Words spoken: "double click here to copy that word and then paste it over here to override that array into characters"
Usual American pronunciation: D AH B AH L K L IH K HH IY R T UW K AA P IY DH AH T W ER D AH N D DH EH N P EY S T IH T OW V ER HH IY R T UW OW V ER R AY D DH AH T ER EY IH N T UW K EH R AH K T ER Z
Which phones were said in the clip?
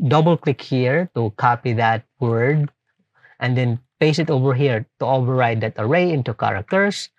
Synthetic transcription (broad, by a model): D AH B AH L K L IH K HH IY R T UW K AA P IY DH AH T W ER D AH N D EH N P EY S IH T OW V ER HH IY R T UW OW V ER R AY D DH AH T ER EY IH N T UW K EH R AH K T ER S